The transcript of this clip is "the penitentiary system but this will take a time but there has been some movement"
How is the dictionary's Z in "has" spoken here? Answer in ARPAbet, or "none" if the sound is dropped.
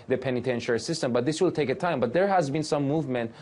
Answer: Z